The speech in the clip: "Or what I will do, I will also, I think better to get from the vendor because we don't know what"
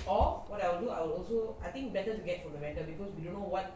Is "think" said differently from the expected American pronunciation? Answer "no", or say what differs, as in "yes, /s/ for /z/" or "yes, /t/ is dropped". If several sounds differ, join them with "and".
yes, /t/ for /θ/